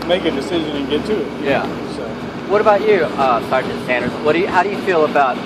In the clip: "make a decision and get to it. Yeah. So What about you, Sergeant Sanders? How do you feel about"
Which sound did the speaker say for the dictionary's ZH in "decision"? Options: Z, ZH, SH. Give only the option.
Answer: ZH